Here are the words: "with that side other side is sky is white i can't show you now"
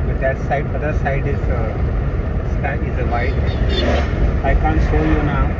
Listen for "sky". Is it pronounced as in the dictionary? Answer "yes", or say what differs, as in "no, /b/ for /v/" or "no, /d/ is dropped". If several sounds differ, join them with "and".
no, /k/ is dropped